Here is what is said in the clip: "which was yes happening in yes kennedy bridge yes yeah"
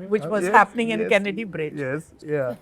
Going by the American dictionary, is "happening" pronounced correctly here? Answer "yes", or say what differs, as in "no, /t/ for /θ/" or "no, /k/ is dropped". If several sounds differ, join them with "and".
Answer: yes